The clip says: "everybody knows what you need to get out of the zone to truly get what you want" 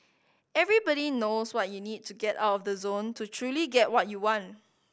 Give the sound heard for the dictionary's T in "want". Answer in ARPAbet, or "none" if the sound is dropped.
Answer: T